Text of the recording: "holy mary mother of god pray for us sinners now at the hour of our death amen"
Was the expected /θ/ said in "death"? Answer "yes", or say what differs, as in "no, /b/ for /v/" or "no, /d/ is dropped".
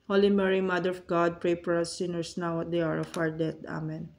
no, /t/ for /θ/